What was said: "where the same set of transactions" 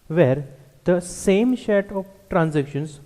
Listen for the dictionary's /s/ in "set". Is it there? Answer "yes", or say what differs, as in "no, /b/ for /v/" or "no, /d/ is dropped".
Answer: no, /ʃ/ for /s/